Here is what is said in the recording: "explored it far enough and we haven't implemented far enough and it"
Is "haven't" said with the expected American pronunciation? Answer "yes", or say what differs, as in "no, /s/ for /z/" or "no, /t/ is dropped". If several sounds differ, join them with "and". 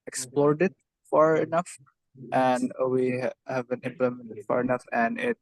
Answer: yes